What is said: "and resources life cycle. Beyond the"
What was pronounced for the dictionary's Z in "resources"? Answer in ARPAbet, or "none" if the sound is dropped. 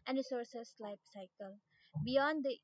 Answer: S